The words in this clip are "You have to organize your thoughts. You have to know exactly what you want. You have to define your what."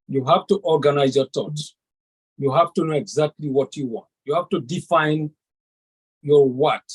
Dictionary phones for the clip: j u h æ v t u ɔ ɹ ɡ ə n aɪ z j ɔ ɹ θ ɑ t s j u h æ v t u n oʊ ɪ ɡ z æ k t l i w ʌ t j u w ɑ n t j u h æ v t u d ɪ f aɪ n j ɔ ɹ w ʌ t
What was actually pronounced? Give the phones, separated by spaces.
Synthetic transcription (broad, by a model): j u h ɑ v t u ɔ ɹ ɡ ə n aɪ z j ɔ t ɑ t j u h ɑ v t u n oʊ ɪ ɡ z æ k t l i w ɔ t j u w ɑ n t j u h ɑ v t u d ɪ f aɪ n j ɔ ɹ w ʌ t